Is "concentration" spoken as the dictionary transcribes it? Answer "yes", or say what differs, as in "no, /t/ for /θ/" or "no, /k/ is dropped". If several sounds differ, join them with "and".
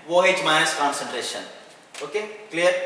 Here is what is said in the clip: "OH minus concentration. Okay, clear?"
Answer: yes